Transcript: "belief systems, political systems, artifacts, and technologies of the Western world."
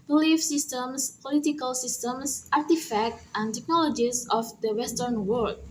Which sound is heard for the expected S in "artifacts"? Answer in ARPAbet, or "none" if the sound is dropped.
none